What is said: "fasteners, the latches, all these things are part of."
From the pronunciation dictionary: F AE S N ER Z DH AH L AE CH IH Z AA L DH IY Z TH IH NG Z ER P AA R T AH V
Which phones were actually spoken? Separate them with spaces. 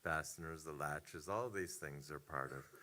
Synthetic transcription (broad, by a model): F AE S N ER Z DH AH L AE CH IH Z AA L DH IY Z TH IH NG Z ER P AA R T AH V